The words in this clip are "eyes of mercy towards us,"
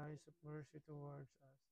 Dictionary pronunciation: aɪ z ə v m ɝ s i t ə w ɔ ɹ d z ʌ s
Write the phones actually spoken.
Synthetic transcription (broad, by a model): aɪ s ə p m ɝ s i t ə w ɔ ɹ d s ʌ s